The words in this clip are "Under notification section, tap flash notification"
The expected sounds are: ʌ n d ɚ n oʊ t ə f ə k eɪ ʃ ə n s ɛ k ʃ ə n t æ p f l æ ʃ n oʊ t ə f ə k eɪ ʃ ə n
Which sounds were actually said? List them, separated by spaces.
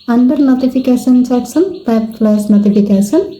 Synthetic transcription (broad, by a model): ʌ n d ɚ n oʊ t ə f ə k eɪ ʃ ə n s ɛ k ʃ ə n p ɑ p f l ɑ s n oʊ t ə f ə k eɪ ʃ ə n